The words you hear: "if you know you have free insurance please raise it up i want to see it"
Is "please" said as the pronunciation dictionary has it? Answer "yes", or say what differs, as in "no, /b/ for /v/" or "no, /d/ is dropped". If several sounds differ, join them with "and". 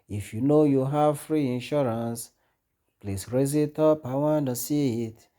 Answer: no, /s/ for /z/